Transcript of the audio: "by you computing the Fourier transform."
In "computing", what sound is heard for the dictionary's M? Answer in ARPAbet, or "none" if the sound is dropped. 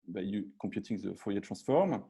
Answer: none